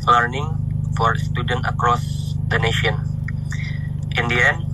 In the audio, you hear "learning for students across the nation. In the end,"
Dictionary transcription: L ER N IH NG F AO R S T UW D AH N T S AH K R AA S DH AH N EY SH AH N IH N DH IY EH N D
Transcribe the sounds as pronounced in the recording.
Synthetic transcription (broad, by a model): L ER N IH NG F AO R S T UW D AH N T AH K R AA S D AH N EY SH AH N IH N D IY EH N